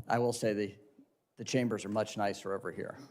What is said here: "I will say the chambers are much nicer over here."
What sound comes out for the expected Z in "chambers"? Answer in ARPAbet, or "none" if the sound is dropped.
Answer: Z